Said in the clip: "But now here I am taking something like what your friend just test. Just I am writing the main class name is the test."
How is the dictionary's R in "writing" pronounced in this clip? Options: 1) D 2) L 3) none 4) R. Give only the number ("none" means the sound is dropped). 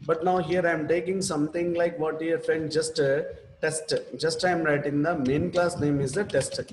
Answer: 4